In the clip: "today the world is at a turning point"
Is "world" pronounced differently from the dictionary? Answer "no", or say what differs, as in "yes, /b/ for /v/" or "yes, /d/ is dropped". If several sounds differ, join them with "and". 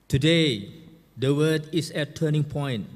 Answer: yes, /l/ is dropped